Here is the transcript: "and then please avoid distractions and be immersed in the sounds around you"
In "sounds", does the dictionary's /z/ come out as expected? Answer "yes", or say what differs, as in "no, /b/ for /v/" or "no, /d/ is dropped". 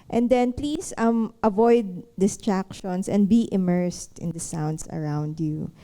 no, /s/ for /z/